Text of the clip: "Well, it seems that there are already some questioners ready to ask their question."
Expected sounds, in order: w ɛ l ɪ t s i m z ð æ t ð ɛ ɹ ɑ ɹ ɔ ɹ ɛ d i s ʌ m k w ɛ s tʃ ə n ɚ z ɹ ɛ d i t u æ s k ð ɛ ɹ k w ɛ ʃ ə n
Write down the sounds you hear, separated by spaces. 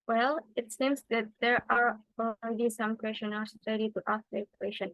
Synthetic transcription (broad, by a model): w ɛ l ɪ t s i m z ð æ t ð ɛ ɹ ɑ ɹ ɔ l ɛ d i s ʌ m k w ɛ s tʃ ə n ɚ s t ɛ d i t u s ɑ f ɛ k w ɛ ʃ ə n